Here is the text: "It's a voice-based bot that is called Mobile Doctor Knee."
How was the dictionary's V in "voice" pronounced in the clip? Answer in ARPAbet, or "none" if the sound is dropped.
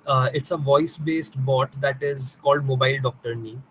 V